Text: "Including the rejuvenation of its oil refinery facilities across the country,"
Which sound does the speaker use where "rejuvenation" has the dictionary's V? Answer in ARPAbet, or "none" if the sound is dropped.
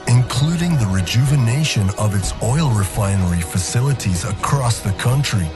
V